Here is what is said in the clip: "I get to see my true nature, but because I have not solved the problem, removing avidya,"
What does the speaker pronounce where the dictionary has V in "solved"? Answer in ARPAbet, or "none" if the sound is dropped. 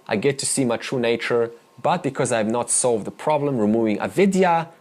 V